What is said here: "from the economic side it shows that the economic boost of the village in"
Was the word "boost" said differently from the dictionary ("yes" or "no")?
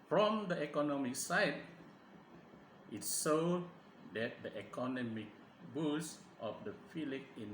no